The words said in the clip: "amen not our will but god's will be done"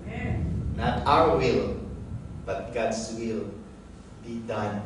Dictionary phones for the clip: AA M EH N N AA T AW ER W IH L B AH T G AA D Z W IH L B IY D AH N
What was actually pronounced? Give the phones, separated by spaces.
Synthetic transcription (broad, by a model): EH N N AA T AW ER W IH L B AH T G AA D S W IH L B IY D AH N